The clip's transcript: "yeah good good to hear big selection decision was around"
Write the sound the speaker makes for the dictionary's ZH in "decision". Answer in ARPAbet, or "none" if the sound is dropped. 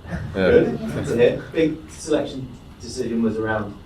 ZH